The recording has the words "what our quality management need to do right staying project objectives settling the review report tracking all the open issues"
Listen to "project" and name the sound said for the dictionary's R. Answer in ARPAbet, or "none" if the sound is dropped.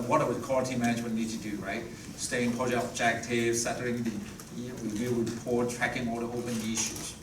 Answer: none